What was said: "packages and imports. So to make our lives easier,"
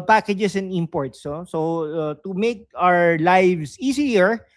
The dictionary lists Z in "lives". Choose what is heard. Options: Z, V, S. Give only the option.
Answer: S